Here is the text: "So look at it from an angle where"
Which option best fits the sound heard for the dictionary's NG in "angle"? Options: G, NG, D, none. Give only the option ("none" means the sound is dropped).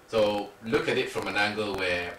NG